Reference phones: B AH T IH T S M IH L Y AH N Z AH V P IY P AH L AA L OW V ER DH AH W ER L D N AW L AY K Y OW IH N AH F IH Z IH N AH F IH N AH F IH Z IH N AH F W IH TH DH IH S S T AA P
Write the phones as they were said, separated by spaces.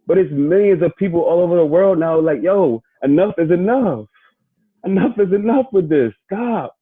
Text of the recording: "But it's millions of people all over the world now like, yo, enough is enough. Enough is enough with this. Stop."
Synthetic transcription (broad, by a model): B AH T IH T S M IH L Y AH N Z AH V P IY P L AA L OW V ER DH AH W ER L D N AW L AY K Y OW IH N AH F IH Z IH N AH F IH N AH F IH Z IH N AH F W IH DH IH S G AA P